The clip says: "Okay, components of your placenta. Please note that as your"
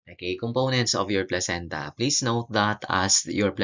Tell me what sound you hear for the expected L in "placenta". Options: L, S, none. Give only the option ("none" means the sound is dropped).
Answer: L